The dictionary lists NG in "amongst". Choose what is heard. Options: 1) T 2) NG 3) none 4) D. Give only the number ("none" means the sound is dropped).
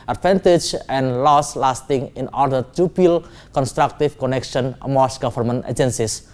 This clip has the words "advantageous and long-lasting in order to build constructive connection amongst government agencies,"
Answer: 3